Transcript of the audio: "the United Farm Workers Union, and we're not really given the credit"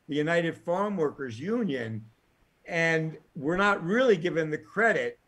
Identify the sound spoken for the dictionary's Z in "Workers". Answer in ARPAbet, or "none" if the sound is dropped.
Z